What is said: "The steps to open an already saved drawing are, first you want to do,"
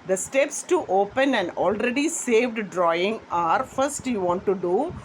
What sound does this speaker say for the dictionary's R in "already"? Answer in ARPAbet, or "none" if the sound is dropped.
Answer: R